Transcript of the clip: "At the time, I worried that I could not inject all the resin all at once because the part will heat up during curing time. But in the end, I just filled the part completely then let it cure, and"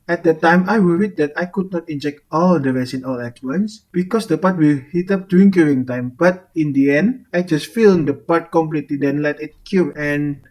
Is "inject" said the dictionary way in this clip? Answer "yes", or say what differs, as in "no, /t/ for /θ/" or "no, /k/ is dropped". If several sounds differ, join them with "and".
yes